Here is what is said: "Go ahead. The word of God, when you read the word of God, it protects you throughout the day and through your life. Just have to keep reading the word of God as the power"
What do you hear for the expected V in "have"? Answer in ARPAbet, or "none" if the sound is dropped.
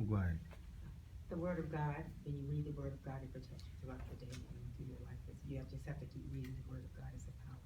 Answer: F